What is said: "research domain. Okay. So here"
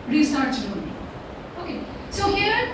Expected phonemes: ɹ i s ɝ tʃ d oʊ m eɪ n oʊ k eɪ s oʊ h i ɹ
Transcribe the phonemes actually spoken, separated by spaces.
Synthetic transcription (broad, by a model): ɹ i s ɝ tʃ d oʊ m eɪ oʊ k eɪ s oʊ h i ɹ